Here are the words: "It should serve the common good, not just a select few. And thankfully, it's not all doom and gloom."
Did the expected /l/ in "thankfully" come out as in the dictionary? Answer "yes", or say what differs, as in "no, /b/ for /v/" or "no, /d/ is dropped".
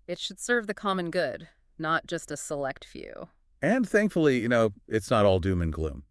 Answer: no, /n/ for /l/